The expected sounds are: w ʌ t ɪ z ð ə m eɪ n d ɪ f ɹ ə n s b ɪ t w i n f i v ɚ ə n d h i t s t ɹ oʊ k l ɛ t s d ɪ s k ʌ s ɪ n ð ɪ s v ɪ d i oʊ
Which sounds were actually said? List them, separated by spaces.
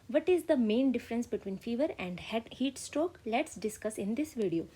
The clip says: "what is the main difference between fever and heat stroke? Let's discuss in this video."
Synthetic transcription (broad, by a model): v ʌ t ɪ z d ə m eɪ n d ɪ f ɹ ə n s b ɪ t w i n f i v ɚ ə n d h i t s t ɹ oʊ k l ɛ t s d ɪ s k ʌ s ɪ n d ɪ s v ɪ d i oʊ